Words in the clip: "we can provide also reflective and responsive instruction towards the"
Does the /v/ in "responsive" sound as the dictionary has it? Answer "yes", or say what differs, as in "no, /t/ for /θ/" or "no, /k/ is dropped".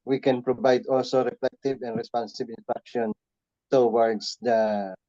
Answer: no, /b/ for /v/